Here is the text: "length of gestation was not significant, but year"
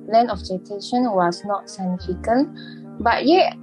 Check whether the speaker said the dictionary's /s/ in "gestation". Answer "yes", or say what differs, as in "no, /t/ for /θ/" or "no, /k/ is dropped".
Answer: no, /s/ is dropped